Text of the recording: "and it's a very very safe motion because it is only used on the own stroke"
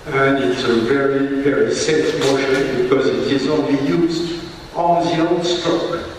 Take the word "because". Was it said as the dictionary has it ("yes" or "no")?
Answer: yes